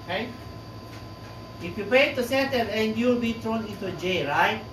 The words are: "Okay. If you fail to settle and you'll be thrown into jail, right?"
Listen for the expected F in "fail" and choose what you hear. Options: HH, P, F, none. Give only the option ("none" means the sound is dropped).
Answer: P